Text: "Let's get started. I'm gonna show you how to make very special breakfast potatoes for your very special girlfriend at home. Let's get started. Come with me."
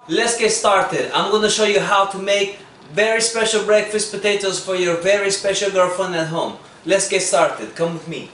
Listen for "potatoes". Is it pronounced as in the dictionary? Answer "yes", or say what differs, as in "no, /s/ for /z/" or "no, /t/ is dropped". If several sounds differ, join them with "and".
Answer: yes